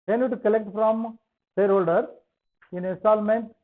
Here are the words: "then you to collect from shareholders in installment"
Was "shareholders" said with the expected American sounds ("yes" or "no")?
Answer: no